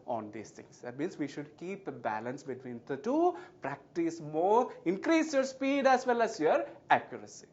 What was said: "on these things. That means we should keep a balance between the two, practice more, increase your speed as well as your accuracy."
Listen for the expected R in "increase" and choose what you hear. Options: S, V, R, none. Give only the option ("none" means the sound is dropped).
R